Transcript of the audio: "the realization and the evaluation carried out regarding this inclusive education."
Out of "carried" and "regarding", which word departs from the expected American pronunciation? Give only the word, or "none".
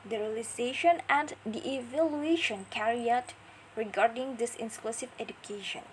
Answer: carried